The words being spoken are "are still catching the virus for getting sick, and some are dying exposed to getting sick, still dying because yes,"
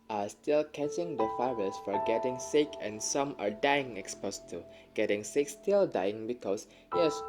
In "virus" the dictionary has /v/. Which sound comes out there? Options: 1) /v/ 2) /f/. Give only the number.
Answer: 2